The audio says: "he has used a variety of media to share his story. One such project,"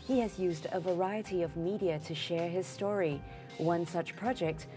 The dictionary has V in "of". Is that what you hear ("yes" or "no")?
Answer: yes